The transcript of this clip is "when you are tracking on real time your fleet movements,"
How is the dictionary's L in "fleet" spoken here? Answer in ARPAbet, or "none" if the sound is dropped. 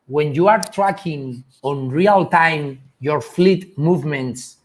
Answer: L